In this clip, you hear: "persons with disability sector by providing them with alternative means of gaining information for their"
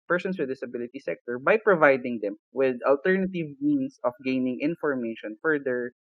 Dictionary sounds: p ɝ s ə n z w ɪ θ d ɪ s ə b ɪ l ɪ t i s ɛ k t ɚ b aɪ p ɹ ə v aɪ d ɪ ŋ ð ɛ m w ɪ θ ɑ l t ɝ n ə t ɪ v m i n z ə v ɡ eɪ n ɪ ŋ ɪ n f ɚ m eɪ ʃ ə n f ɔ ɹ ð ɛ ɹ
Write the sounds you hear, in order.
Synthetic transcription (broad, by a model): p ɝ s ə n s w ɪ d ɪ s ə b ɪ l ɪ t i s ɛ k t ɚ b aɪ p ɹ ə v aɪ d ɪ ŋ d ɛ m w ɪ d ɑ l t ɝ n ə t ɪ v m i n s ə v ɡ eɪ n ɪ ŋ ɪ n f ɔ m eɪ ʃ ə n f ɔ ɹ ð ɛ ɹ